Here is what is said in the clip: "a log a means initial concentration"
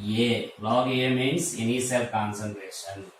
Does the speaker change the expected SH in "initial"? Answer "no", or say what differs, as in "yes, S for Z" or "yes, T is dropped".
yes, S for SH